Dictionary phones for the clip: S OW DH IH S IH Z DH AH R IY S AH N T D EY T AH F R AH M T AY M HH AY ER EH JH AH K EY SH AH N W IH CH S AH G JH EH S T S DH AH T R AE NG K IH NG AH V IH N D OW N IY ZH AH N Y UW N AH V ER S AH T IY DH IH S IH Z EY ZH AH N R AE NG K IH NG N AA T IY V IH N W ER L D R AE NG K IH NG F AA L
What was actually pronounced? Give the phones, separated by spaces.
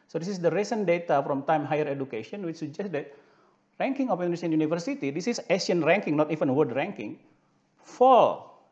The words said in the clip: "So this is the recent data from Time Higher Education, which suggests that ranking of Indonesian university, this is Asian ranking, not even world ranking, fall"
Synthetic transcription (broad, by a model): S OW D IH S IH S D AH R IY S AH N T D EY T AH F R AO M T AY M HH AY ER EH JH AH K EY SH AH N W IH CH S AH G JH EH S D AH T R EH NG K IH NG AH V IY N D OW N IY S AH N Y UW N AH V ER S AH T IY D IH S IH S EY SH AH N R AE NG K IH NG N AA T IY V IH N W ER D R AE NG K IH NG F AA L